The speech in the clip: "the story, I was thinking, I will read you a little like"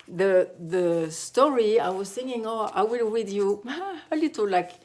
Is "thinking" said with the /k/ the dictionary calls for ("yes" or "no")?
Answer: no